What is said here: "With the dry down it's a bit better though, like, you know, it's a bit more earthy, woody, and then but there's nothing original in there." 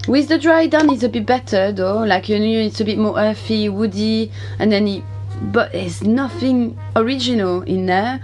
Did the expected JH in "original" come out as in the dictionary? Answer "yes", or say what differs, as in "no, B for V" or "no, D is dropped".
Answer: yes